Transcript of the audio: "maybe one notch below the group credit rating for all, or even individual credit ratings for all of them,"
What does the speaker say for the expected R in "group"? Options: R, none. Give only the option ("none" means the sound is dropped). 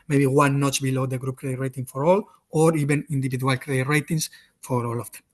R